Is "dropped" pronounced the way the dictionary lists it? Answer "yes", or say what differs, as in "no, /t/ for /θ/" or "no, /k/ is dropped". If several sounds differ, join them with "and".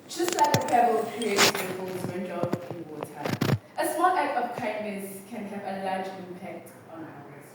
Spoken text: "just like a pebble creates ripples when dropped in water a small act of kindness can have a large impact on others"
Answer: no, /ɹ/ is dropped